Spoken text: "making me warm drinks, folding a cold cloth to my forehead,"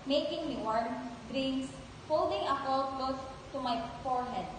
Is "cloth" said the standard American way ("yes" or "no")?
no